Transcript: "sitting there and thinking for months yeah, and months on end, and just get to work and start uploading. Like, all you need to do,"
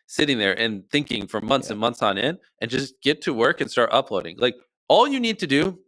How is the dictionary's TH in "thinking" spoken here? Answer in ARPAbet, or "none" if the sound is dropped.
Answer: TH